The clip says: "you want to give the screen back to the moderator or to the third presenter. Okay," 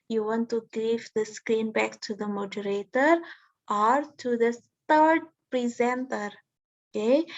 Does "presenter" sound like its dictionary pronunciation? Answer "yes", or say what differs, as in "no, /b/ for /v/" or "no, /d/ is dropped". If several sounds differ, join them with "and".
yes